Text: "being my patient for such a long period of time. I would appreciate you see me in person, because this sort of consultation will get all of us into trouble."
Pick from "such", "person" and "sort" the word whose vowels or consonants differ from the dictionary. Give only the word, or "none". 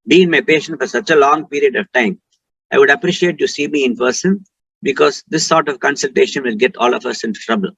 none